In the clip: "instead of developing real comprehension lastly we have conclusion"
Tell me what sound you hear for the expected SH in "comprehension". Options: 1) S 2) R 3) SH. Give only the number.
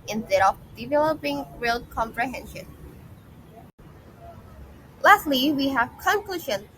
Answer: 3